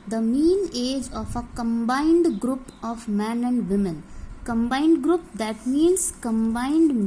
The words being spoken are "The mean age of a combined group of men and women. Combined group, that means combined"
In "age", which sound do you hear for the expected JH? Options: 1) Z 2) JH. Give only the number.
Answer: 2